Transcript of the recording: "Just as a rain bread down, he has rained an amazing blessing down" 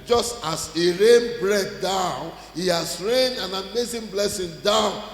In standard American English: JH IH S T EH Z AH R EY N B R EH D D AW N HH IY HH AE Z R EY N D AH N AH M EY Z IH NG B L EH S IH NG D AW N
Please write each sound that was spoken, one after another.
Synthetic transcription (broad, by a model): JH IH S T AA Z AH R EY N B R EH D D AW N HH IY HH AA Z R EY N AH N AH M EY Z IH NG B L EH S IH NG D AW N